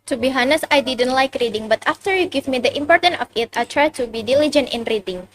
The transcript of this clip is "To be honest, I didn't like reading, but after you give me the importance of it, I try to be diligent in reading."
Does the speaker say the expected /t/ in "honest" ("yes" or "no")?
no